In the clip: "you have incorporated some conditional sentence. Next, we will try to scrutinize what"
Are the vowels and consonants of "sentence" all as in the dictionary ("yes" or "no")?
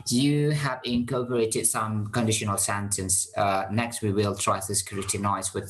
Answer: yes